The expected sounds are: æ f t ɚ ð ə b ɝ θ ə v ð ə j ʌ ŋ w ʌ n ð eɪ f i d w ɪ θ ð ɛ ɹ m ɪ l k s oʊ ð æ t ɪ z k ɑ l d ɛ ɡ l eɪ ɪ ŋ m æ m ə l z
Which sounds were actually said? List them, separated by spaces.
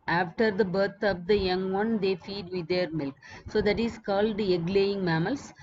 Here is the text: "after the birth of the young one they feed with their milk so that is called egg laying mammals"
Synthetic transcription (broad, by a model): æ f t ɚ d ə b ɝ t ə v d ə j ʌ ŋ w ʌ n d eɪ f i d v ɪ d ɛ ɹ m ɪ l k s oʊ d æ t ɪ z k ɑ l d ɛ ɡ l eɪ ɪ ŋ m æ m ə l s